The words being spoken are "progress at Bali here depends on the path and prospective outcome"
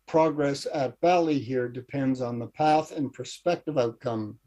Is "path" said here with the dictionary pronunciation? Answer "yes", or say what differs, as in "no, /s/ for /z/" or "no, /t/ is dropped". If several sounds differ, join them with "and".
yes